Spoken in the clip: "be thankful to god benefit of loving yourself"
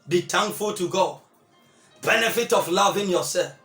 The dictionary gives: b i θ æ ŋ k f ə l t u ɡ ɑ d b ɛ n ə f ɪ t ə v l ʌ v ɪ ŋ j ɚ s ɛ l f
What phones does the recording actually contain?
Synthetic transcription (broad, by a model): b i t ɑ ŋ f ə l t u ɡ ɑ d b ɛ n ə f ɪ t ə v l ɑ v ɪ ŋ j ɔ s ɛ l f